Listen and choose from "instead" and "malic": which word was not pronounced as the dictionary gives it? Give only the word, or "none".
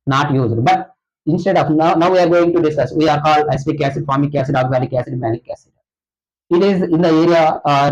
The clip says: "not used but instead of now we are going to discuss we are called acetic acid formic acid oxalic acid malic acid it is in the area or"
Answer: malic